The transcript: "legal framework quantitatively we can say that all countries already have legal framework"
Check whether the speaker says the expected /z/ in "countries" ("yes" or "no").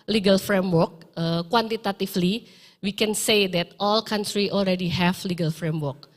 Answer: no